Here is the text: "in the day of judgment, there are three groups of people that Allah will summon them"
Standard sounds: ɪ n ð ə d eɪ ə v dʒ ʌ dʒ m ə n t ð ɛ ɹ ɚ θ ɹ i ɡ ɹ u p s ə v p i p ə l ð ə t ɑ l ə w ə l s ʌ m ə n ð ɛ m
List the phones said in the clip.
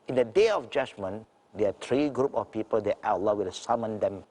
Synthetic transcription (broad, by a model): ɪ n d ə d eɪ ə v dʒ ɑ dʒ m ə n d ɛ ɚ t ɹ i ɡ ɹ u p ə f p i p ə l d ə t ɑ l ə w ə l s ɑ m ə n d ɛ m